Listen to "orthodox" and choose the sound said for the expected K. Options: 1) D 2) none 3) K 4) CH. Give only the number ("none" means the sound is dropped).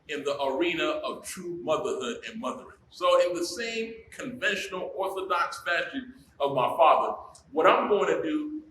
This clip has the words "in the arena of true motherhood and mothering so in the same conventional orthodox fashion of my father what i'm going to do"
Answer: 3